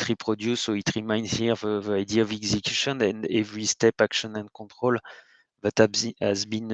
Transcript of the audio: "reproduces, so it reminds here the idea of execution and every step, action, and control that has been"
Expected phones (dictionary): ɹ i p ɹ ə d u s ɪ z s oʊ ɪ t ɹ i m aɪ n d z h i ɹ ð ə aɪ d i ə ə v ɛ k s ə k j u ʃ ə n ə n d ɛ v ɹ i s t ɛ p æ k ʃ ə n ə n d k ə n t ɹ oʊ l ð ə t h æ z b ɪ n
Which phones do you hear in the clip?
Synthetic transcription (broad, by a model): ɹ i p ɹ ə d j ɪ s s oʊ ɪ t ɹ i m aɪ n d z h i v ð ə aɪ d i ə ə v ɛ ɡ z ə k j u ʃ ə n ə n d ɛ v ɹ i s t ɛ p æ k ʃ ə n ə n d k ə t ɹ oʊ l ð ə t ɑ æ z b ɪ n